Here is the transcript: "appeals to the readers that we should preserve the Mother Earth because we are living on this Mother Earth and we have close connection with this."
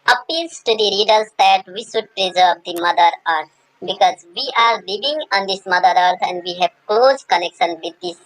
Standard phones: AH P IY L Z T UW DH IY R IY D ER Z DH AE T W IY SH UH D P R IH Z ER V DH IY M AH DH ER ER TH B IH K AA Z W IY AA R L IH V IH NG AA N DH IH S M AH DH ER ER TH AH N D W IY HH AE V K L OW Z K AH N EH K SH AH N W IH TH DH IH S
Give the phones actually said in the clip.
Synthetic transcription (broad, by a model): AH P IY L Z T UW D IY R IY D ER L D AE T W IY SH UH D P R IH Z ER V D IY M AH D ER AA T B IH K AA Z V IY AA R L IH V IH NG AA N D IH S M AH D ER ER T AH N D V IY HH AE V K L OW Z K AH N EH K SH AH N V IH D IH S